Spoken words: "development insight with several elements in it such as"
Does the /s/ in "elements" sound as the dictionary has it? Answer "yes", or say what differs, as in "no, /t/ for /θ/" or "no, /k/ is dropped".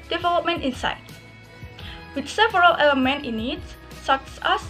no, /s/ is dropped